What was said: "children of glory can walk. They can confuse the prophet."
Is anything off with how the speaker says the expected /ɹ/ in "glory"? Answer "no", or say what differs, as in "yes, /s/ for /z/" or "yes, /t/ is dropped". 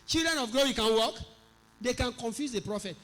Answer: yes, /w/ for /ɹ/